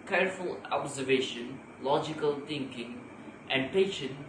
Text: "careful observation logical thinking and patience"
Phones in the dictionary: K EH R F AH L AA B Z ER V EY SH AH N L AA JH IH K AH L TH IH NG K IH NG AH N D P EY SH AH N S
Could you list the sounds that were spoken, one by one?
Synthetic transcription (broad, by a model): K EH R F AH L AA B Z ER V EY SH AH N L AA JH IH K AH L T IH NG K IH NG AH N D P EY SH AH N